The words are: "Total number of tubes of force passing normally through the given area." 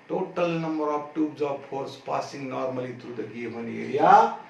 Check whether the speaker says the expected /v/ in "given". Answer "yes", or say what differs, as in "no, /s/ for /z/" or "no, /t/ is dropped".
no, /b/ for /v/